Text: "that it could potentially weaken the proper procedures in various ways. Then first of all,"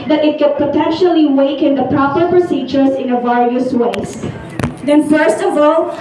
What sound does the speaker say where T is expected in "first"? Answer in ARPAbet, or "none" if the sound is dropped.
T